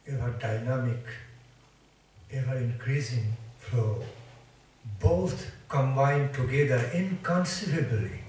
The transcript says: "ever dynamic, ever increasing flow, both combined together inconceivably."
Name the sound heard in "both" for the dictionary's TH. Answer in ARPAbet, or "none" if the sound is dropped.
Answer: T